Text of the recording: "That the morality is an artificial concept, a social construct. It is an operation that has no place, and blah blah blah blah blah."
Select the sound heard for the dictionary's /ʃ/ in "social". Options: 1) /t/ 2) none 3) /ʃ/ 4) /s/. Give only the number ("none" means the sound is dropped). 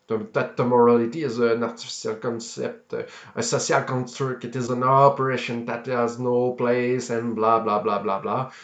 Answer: 4